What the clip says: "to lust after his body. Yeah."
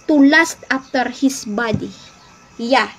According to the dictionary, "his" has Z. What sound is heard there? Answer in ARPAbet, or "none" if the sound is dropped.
S